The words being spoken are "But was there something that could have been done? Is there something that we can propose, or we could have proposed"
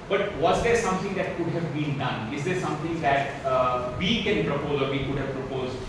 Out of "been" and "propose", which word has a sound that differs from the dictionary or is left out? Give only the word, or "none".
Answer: none